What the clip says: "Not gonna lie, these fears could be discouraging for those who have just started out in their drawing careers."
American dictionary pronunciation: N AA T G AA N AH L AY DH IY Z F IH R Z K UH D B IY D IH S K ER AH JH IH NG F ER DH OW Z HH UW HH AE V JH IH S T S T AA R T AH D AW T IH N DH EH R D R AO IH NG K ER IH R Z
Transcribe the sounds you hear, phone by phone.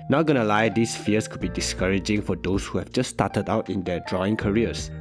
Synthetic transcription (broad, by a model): N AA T G AA N AH L AY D IY S F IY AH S K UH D B IY D IH S K ER AH JH IH NG F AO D OW S HH UW HH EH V JH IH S S T AA T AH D AW T IH N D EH D R AO IH NG K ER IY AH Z